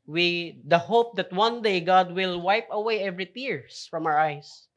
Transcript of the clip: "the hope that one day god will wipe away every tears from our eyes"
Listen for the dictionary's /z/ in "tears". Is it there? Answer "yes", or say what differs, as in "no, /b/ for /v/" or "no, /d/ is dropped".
no, /s/ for /z/